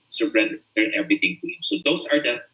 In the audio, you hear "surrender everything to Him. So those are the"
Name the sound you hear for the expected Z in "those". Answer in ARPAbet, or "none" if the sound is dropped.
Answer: S